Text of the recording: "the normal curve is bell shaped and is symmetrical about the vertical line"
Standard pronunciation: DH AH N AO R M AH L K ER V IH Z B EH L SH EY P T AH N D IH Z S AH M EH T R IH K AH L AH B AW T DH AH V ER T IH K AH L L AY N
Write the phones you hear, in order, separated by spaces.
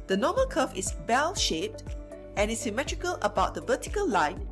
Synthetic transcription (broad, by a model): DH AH N AO M AH L K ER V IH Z B EH L SH EY P T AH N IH S AH M EH T R IH K AH L AH B AW T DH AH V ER T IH K AH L L AY N